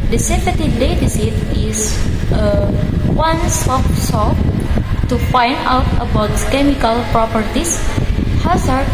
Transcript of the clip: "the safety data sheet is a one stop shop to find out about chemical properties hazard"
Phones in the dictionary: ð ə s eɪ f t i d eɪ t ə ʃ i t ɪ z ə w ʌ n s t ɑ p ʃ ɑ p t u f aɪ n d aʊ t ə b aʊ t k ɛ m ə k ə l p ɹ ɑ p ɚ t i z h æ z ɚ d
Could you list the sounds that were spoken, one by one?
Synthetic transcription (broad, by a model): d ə s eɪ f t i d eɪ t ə s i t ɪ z ə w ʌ n s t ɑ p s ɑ t u f aɪ n d aʊ t ə b aʊ t k ɛ m ə k ə l p ɹ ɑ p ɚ t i s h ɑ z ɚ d